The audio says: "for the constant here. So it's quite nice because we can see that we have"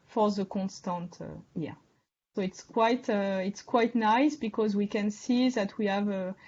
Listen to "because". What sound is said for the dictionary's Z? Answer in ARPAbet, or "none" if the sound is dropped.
Z